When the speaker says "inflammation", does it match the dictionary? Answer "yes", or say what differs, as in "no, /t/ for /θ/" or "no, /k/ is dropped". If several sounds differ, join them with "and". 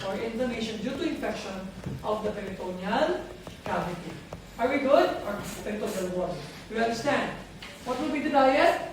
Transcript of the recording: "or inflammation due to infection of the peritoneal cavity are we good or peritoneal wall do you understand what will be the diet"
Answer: no, /l/ is dropped